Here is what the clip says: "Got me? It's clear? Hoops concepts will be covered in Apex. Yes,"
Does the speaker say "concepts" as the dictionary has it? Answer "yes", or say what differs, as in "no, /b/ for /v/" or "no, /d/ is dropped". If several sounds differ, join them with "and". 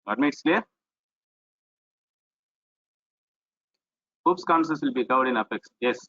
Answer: no, /p/ is dropped